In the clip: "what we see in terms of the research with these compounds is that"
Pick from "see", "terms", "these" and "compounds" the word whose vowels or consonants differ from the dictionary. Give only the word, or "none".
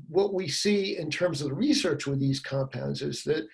none